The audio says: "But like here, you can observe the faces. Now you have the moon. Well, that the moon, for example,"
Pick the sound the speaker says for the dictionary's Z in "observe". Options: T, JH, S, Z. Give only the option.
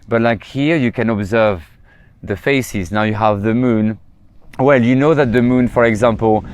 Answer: Z